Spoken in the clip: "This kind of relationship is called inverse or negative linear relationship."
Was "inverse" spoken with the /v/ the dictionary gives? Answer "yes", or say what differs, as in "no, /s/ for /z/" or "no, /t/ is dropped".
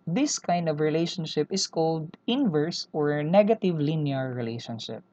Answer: yes